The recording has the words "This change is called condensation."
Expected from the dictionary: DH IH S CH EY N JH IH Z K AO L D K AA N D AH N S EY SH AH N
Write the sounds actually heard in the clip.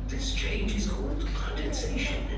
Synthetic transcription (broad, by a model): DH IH S CH EY N JH IH Z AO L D K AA N D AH N S EY SH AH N